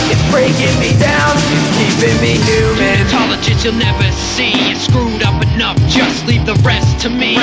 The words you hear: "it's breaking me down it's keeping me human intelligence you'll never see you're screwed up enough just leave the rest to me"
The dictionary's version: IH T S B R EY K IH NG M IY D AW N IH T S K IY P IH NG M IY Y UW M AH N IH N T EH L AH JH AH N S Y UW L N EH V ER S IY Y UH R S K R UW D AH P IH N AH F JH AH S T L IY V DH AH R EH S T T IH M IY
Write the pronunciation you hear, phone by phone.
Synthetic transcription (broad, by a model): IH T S B R EY K IH NG M IY D AW N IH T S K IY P IH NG M IY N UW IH T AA L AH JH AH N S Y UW L N EH V ER S IY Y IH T S K R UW D AH P IH N AH F JH AH S T L IY P DH AH R EH S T T IH M IY